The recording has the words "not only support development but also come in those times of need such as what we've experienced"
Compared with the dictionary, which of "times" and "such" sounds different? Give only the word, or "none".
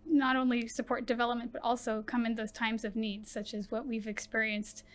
none